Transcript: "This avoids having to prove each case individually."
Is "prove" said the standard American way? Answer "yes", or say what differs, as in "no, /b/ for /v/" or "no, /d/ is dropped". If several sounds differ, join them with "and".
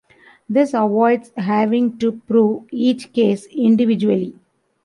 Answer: yes